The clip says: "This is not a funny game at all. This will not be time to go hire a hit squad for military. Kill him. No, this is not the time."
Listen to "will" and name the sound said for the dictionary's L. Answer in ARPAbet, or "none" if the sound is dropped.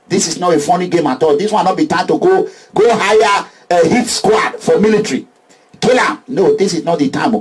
N